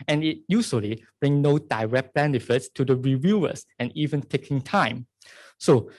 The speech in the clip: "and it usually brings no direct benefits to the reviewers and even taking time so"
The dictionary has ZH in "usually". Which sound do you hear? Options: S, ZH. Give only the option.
S